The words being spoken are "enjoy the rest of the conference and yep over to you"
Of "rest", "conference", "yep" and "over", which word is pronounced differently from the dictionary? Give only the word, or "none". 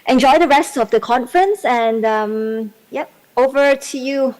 none